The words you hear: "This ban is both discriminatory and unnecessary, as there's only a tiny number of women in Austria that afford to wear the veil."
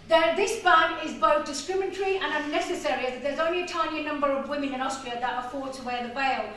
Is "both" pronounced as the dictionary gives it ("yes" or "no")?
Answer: yes